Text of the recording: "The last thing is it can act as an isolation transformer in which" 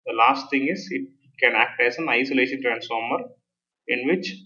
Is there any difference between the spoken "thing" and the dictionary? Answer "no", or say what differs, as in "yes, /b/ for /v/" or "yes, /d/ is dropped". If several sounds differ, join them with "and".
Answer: yes, /t/ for /θ/